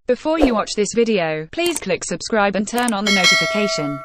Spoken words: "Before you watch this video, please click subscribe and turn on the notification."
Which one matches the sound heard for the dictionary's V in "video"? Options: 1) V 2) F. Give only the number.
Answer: 1